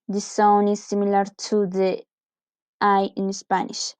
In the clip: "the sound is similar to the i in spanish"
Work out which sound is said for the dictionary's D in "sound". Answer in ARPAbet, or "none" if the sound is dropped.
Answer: none